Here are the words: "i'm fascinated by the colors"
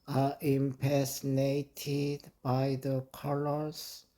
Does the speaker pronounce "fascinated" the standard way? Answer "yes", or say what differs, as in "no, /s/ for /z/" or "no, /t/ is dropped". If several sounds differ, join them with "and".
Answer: no, /p/ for /f/